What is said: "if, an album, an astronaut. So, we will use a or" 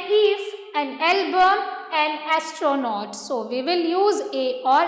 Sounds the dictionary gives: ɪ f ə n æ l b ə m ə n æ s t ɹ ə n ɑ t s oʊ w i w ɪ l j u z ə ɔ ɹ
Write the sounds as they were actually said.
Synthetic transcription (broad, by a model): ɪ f ə n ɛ l b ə ə n æ s t ɹ ə n ɑ t s oʊ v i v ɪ l j u z ə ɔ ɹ